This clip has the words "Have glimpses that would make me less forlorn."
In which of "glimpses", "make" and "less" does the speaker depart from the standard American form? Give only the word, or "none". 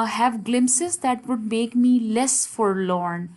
glimpses